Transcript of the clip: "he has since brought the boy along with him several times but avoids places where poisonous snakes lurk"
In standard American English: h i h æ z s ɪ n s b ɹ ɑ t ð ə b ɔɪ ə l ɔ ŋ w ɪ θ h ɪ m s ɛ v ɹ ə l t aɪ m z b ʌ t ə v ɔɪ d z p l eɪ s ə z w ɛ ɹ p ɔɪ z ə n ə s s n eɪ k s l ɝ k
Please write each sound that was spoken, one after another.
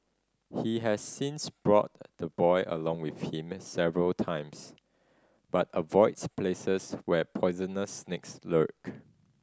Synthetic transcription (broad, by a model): h i h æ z s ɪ n s b ɹ ɑ t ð ə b ɔɪ ə l ɔ ŋ w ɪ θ h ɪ m s ɛ v ɹ ə l t aɪ m s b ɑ t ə v ɔɪ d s p l eɪ s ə s w ɛ p ɔɪ z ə n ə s s n eɪ k s l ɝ k